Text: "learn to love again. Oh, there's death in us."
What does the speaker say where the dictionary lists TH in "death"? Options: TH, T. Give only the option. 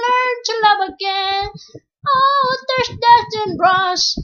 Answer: T